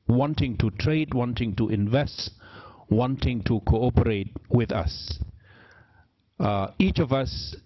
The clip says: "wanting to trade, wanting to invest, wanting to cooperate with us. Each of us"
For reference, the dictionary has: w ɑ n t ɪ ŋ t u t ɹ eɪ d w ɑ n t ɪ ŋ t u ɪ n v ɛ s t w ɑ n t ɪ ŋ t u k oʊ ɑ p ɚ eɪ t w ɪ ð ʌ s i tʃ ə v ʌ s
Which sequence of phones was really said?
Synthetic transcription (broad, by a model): w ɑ n t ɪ ŋ t u t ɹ eɪ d w ɑ n t ɪ ŋ t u ɪ n v ɛ s t w ɑ n t ɪ ŋ t u k oʊ ɑ p ɚ eɪ t w ɪ ð ʌ s i tʃ ə v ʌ s